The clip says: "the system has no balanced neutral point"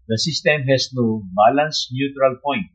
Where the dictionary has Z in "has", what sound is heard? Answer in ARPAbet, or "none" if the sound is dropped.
S